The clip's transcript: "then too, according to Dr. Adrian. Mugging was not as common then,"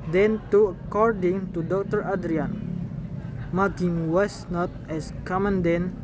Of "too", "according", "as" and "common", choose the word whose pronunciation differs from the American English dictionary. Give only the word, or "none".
as